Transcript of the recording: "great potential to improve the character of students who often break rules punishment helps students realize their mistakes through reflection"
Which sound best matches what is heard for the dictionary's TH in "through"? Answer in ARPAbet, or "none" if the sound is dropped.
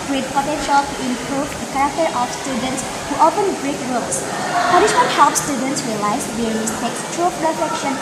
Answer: T